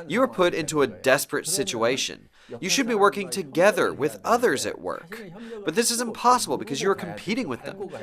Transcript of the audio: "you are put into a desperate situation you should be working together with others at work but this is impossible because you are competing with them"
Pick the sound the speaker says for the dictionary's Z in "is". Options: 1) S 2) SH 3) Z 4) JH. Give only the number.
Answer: 3